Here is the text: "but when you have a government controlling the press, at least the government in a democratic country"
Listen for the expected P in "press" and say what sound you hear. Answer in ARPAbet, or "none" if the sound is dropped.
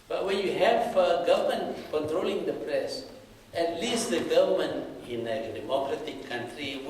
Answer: P